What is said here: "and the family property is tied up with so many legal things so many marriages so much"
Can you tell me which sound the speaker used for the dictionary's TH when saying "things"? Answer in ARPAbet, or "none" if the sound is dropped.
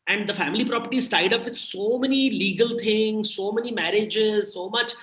T